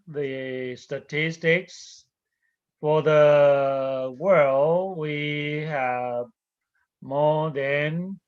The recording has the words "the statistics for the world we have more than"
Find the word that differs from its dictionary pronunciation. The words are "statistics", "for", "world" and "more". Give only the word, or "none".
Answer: none